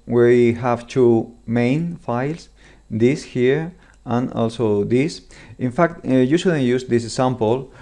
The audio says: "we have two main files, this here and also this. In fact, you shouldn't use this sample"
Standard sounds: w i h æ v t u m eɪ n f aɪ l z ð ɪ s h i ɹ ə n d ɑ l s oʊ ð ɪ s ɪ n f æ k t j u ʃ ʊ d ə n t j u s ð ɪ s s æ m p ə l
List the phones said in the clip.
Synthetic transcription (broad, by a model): w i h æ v t u m eɪ n f aɪ l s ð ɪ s h i ɹ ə n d ɑ l s oʊ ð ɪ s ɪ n f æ k t j u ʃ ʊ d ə n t j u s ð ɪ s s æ m p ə l